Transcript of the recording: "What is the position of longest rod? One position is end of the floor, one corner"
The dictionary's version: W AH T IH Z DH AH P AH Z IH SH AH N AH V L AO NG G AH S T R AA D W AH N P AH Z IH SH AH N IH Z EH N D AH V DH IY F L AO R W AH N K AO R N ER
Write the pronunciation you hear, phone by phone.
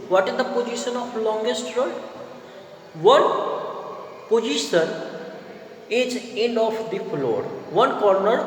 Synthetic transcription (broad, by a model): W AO T IH Z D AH P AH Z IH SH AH N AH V L AO NG G AH S T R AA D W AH N P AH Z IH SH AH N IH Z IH N AH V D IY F L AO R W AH N K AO R N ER